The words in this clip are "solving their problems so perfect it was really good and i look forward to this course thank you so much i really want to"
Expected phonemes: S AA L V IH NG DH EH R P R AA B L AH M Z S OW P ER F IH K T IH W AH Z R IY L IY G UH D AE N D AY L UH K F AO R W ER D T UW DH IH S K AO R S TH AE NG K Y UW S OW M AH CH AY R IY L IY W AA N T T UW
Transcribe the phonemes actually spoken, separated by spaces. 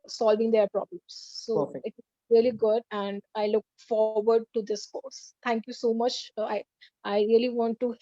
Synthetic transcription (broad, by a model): S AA L V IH NG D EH R P R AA B L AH M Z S OW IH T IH T IH AH L IY G UH D AE N D AY L UH K F AO R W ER D T UW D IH S K AO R S T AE NG K Y UW S OW M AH CH AY R IY L IY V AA N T T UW